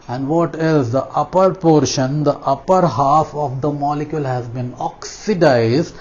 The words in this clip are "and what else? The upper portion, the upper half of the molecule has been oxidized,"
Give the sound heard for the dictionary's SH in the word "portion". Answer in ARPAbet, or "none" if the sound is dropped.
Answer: SH